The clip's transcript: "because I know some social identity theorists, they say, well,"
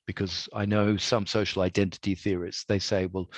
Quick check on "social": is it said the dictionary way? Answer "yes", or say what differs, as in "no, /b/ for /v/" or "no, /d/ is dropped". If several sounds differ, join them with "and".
yes